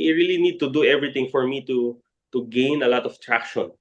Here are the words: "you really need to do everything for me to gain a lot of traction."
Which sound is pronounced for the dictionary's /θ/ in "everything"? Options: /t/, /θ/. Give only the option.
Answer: /t/